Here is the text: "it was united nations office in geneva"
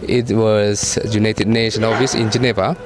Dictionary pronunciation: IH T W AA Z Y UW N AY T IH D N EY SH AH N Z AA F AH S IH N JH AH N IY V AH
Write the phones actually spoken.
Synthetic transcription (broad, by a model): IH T W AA S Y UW N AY T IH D N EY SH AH N AA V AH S IH N JH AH N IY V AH